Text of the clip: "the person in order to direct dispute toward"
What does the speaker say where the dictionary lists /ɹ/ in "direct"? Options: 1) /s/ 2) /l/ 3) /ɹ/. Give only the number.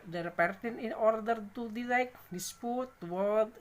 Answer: 2